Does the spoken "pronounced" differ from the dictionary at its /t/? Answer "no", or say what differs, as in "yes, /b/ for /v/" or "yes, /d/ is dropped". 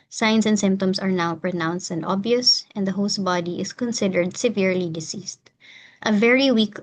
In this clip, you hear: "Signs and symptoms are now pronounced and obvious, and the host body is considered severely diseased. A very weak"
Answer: no